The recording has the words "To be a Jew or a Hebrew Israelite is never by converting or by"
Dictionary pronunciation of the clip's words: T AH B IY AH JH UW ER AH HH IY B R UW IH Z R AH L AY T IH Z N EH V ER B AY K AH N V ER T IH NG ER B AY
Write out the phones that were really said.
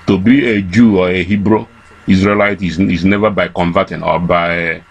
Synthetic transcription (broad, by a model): T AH B IY AH JH UW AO AH HH IY B R UW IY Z R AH L AY T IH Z N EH V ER B AY K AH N V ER T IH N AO B AY